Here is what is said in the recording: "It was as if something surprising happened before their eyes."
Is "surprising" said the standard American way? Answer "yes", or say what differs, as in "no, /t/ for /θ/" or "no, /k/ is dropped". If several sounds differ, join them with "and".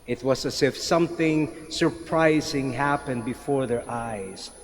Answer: yes